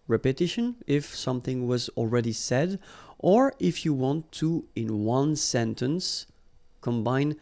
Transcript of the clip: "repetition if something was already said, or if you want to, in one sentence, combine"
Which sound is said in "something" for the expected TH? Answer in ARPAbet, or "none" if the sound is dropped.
TH